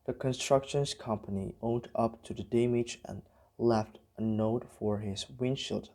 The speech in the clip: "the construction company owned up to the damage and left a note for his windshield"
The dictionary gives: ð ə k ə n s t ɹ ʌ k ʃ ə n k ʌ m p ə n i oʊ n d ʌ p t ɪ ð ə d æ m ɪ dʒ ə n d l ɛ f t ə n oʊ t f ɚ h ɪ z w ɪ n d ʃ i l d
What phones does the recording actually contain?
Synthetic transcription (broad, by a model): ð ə k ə n s t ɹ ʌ k ʃ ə n k ʌ m p ə n i oʊ n d ʌ p t ɪ ð ə d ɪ m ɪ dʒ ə n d l ɛ f t ə n oʊ t f ɚ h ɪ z w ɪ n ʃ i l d